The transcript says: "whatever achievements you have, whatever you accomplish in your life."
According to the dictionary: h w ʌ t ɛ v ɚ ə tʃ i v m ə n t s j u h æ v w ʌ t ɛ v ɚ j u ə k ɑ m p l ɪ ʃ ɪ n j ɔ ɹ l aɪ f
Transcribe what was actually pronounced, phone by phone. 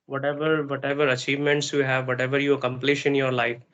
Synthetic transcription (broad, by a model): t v ʌ t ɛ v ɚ ə tʃ i v m ə n t s j u h æ v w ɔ t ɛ v ɚ j u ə k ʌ m p l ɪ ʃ ɪ n j ɔ ɹ l aɪ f